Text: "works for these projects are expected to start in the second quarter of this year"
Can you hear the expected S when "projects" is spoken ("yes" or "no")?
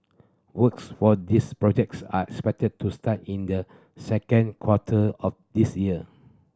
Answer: yes